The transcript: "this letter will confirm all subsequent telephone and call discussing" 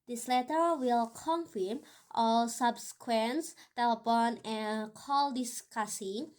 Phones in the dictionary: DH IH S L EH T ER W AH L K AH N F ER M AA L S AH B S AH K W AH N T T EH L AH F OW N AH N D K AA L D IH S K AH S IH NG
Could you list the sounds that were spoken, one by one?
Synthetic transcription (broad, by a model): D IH S L EH T ER W AH L K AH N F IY M AA L S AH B S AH K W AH N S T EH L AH P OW N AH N K AA L D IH S K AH S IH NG